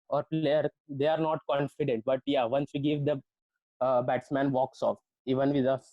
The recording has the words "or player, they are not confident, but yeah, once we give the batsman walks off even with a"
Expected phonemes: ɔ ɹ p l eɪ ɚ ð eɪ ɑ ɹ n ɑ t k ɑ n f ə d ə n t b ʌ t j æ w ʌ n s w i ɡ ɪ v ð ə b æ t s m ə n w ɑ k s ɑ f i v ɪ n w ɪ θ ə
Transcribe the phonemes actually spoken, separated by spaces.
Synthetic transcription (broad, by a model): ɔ ɹ p l eɪ ɚ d eɪ ɑ ɹ n ɑ t k ɑ n f ə d ə n t b ʌ t j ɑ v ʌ n s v i ɡ ɪ v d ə b æ t s m ə n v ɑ k s ɑ f i v ɪ n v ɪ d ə